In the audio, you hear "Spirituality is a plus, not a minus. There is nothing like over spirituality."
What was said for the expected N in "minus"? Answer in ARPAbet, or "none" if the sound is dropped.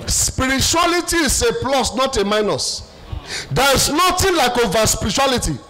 N